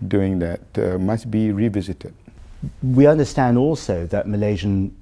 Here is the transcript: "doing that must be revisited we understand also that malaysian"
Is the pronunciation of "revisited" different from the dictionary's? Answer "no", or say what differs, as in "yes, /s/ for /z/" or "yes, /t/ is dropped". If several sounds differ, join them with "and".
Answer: no